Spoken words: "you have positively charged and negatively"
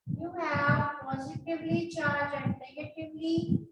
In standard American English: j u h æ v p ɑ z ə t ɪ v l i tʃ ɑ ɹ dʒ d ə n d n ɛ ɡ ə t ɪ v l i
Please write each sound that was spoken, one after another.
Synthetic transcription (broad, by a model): j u h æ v p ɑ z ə t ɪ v l i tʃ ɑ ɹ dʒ ə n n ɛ ɡ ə t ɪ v l i